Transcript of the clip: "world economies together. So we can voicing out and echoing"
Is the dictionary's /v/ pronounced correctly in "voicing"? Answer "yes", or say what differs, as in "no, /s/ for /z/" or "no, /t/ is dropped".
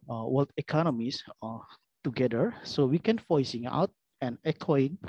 no, /f/ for /v/